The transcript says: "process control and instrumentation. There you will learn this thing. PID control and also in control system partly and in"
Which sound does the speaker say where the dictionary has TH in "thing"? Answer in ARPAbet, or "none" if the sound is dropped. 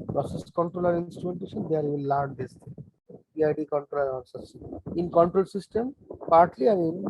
T